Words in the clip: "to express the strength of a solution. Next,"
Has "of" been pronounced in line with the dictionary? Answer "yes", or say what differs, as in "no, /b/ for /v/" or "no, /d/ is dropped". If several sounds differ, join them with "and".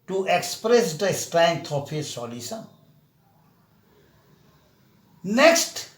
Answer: no, /p/ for /v/